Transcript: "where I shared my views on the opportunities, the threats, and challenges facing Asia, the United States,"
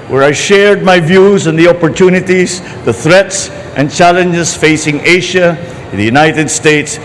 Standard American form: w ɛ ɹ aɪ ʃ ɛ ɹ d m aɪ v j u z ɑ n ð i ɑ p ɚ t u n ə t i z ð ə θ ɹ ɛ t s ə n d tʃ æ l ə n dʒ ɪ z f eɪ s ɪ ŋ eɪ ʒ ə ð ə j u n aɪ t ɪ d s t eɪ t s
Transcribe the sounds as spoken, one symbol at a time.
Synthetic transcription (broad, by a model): w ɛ ɹ aɪ ʃ ɛ ɹ d m aɪ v j u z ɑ n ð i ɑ p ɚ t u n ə t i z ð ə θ ɹ ɛ t s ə n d tʃ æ l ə n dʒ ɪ s f eɪ s ɪ ŋ eɪ ʃ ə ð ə j u n aɪ t ɪ d s t eɪ t s